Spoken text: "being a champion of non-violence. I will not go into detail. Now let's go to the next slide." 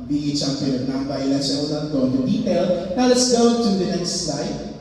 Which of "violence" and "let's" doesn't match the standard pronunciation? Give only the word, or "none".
violence